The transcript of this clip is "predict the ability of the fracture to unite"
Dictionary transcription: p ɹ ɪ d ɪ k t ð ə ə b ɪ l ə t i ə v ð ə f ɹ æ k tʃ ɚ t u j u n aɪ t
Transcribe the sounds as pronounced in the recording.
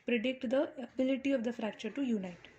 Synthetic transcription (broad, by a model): p ɹ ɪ d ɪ k t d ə ə b ɪ l ə t i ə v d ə f ɹ æ k tʃ ɚ t u j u n aɪ t